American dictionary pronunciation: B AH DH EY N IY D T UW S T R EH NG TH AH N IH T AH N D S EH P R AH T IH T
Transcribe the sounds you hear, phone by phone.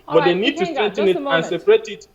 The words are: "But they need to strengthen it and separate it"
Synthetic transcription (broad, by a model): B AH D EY N IY D T UW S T EH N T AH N IH T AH N S EH P R AH T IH T